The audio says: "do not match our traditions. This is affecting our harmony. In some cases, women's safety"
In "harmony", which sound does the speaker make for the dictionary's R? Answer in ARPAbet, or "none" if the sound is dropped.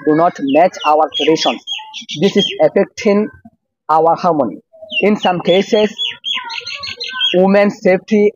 R